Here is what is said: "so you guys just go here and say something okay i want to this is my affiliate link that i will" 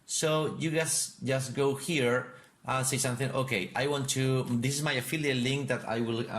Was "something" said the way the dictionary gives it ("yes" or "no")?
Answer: yes